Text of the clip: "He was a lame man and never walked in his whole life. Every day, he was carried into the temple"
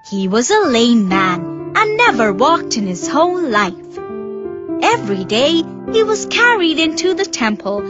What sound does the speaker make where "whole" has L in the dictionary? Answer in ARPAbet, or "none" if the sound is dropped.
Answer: N